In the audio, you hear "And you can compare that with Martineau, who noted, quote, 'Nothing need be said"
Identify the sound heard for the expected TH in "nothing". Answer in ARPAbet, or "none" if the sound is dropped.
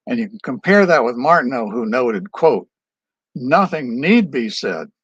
TH